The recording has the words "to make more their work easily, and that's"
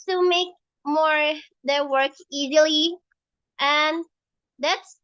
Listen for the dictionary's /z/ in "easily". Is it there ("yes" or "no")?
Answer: yes